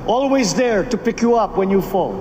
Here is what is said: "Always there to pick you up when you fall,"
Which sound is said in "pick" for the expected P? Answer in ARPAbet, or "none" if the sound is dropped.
P